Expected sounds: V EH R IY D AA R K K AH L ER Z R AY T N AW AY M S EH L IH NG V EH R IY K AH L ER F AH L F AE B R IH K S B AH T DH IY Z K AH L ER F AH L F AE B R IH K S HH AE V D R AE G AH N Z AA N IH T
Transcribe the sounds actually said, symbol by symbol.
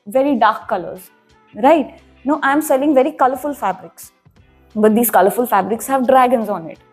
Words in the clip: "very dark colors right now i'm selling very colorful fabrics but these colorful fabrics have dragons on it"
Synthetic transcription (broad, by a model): V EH R IY D AA R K K AH L ER Z R AY T N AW AY M S EH L IH NG V EH R IY K AH L ER F AH L F AE B R IH K S B AH T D IY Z K AH L ER F AH L F AE B R IH K S HH AE V D R AE G AH N Z AA N IH T